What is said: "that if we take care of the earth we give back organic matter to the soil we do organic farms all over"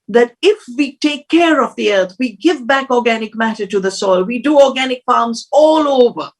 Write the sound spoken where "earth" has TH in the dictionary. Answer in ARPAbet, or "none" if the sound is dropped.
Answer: T